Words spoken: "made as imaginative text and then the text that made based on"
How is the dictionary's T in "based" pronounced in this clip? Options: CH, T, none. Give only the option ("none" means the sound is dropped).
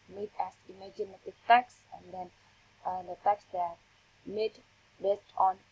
T